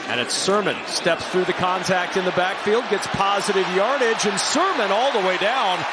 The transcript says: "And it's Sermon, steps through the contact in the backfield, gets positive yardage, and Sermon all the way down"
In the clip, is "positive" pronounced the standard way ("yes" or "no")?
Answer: yes